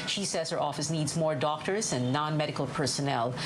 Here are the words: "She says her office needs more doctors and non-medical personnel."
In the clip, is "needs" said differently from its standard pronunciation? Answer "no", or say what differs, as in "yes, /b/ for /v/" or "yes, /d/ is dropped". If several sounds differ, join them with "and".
no